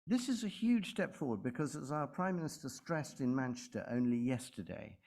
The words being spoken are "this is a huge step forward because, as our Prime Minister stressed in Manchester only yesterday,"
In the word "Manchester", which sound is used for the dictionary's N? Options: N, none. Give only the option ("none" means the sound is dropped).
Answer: N